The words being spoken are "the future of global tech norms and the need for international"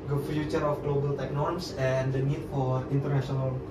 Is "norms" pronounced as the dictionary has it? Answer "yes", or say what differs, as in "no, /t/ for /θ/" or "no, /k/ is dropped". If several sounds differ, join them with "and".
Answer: no, /s/ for /z/